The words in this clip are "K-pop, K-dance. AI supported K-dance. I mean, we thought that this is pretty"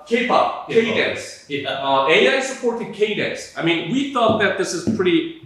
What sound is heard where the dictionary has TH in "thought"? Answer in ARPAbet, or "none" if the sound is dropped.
TH